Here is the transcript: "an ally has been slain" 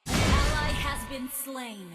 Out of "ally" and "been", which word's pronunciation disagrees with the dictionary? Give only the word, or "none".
ally